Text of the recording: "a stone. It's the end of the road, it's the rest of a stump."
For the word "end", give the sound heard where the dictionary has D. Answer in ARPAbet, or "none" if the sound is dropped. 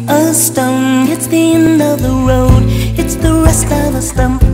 none